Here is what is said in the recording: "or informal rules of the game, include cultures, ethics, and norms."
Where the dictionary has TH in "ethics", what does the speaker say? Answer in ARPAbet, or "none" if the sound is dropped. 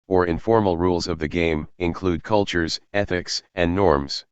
TH